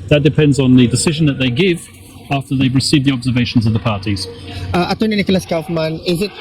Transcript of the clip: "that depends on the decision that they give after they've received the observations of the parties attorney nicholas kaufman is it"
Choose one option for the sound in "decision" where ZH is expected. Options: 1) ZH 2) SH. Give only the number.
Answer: 1